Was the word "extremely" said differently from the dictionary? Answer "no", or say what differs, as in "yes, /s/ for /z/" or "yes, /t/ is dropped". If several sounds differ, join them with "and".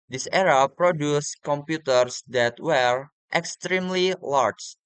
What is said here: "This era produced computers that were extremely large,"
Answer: no